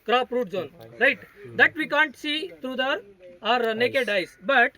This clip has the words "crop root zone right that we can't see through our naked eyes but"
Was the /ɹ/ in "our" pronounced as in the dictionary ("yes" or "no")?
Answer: yes